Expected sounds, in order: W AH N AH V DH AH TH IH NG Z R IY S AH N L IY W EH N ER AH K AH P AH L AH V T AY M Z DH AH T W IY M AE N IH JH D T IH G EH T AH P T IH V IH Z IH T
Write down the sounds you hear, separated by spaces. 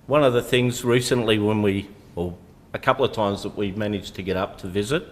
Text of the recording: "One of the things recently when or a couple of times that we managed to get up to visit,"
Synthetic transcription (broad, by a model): W AH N AH V DH AH TH IH NG Z R IY S AH N L IY W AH N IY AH K AH P L AH V T AY M Z DH AH T W IY M AE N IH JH T IH G EH T AH P T IH V IH Z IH T